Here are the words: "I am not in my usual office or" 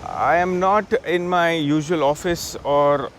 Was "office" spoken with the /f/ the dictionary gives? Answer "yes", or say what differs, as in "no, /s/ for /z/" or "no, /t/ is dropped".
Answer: yes